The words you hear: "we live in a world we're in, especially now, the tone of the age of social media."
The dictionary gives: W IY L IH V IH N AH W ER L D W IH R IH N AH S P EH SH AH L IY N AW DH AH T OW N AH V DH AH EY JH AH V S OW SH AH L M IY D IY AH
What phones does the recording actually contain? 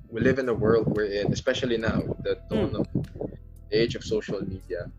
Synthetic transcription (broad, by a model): W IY L IH V IH N AH W ER L D W IH R IH N AH S P EH SH AH L IY N AW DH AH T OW N AH V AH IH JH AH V S OW SH AH L M IY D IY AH